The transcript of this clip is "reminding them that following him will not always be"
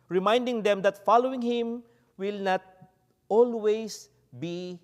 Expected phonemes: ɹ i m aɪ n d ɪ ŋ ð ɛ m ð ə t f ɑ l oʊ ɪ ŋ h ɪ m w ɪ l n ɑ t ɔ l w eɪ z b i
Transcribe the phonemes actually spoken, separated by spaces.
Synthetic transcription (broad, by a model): ɹ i m aɪ n d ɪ ŋ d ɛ m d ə t f ɑ l oʊ ɪ ŋ h ɪ m w ɪ l n ɑ t ɔ l w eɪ s b i